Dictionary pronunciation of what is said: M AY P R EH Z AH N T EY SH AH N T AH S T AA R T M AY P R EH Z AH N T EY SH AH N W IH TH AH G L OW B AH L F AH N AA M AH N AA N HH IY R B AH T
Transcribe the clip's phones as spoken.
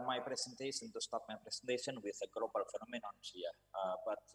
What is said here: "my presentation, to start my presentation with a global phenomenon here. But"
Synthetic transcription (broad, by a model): M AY P R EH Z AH N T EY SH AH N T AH S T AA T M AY P R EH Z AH N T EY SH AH N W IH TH AH G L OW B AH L F AH N AA M AH N AA N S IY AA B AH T